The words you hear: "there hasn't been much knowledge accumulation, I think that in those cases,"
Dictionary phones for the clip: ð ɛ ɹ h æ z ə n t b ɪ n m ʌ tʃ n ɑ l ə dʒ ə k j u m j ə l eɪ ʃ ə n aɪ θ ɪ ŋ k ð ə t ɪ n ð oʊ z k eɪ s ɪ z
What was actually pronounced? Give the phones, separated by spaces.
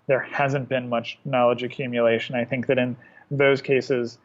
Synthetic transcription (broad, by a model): ð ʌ ɹ h æ z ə n b ɪ n m ʌ tʃ n ɑ l ə dʒ ə k j u m j ə l eɪ ʃ ə n aɪ θ ɪ ŋ k ð ə t ɪ n ð oʊ z k eɪ s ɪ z